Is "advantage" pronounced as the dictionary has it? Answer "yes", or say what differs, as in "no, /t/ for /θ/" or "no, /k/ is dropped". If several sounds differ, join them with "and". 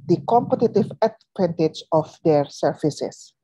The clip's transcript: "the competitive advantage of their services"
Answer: no, /p/ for /v/